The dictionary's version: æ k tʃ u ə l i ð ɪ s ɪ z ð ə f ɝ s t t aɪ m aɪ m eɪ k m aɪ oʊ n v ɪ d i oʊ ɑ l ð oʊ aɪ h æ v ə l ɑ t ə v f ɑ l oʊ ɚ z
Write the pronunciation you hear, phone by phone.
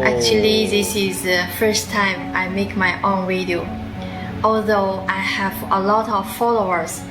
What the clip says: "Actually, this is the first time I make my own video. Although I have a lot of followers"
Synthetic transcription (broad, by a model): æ k tʃ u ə l i ð ɪ s ɪ z ð ə f ɝ s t t aɪ m aɪ m eɪ k m aɪ oʊ n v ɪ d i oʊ ɑ l ð oʊ aɪ h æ v ə l ɑ t ə v f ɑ l oʊ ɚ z